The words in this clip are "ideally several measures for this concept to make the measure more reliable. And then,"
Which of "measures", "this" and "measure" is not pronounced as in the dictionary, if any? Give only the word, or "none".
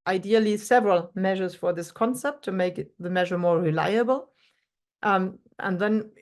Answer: none